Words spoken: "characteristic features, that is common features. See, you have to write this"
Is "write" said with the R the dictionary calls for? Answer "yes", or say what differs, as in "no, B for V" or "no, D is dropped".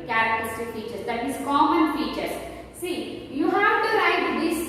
no, L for R